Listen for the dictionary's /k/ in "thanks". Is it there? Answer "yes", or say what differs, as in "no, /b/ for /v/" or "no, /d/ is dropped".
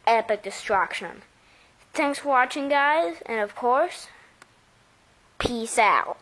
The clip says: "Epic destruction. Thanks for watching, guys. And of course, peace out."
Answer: yes